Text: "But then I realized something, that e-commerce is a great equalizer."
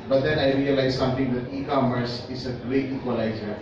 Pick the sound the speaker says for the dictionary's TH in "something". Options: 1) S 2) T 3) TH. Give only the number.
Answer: 2